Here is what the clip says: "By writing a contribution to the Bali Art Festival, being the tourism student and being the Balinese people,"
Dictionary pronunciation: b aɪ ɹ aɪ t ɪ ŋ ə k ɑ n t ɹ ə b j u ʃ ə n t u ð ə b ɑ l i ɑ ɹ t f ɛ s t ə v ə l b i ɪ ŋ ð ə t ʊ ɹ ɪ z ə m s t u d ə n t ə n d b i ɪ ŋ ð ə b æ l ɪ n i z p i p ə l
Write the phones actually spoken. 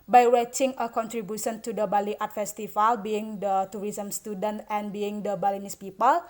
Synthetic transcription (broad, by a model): b aɪ w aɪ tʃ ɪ ŋ ə k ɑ n t ɹ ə b j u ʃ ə n t u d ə b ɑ l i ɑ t f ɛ s t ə f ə l b i ɪ ŋ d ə t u ɹ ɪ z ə m s t u d ə n t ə n b i ɪ ŋ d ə b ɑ l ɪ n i s p i p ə l